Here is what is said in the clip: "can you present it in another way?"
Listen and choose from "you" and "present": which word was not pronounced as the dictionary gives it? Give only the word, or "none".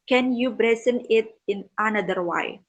present